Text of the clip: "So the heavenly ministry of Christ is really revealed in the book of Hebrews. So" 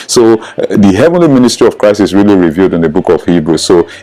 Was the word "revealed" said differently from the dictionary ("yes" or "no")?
no